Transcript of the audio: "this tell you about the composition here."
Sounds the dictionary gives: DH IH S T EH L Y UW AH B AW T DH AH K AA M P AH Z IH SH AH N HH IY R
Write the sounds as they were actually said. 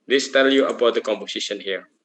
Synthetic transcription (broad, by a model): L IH S T EH L Y UW AH B AW T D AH K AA M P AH S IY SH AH N HH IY R